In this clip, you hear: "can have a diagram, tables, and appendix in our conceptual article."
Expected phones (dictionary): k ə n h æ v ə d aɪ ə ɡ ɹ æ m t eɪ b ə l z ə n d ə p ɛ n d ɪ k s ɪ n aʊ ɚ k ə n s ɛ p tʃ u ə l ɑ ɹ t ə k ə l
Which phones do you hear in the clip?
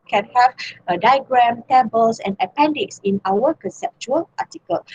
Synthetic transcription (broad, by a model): k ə n h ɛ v ə d aɪ ɡ ɹ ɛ m t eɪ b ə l s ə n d ə p ɛ n d ɪ k s ɪ n aʊ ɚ k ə n s ɛ p tʃ u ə l ɑ t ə k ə l